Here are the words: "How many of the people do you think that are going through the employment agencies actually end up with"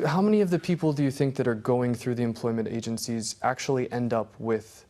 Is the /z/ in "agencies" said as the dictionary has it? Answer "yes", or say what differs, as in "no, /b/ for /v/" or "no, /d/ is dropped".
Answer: yes